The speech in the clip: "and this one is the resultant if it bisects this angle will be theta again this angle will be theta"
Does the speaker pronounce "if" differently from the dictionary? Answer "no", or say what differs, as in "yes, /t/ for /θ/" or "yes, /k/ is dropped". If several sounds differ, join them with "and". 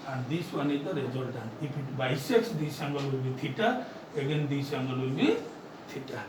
yes, /p/ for /f/